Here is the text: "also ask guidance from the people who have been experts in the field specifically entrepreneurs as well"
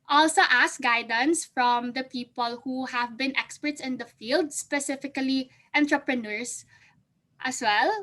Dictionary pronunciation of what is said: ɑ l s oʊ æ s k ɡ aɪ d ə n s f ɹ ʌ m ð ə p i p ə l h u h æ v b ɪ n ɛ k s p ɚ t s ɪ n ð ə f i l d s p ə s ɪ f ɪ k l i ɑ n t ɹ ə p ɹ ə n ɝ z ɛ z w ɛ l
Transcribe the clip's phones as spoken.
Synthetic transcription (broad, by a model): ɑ l s oʊ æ s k ɡ aɪ d ə n s f ɹ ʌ m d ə p i p ə l h u h æ v b ɪ n ɛ k s p ɚ t s ɪ n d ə f i l d s p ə s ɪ f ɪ k l i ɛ n t ɹ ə p ɹ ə n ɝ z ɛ s w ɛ l